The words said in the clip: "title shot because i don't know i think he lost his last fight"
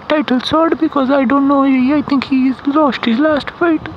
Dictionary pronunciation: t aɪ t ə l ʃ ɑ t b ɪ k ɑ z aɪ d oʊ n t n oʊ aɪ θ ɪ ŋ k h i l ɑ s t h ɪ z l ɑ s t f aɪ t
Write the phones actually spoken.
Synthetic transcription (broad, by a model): t aɪ t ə l s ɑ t b ɪ k ɑ z aɪ d oʊ n t n oʊ aɪ t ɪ ŋ k h i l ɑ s t h ɪ z l ɑ s t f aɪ t